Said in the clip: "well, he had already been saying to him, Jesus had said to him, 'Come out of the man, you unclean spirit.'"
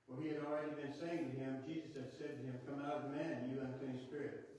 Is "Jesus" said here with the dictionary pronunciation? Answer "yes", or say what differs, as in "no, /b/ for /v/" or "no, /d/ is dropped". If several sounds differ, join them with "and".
yes